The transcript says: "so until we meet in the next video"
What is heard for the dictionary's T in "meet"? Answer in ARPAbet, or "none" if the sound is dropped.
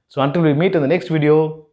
T